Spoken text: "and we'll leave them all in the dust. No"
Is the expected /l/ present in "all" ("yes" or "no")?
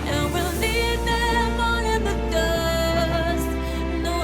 no